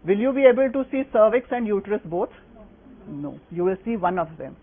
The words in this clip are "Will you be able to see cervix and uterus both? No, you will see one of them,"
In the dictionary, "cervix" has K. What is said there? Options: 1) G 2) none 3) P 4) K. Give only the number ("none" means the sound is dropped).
4